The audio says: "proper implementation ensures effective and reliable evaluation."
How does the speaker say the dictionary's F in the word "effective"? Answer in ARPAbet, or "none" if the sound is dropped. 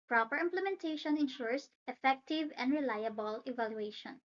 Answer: F